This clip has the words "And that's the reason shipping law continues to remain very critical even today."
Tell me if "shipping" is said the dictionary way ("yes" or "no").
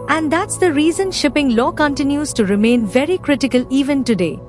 yes